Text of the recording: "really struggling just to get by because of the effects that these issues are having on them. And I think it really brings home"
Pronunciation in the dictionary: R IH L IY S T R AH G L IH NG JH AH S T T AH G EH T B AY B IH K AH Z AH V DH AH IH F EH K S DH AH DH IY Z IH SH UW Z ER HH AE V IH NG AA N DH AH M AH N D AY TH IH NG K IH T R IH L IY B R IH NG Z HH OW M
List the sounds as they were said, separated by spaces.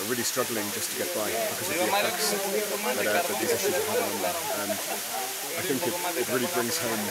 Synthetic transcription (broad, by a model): R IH L IY S T R AH G L IH NG JH AH S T T AH G EH T B AY B IH K AH Z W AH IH EH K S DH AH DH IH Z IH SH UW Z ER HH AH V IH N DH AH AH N AY TH IH NG K IH T R IH L IY B R IH NG Z HH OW M